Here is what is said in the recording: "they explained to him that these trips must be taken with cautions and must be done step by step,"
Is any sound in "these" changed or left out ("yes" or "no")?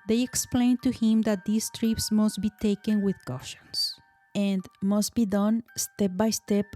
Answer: yes